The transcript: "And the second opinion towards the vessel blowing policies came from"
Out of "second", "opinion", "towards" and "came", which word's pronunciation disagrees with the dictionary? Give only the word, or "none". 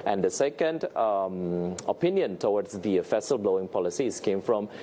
towards